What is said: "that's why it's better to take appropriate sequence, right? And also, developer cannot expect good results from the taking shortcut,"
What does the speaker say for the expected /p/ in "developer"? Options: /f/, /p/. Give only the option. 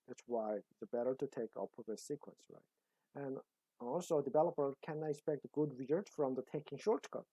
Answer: /p/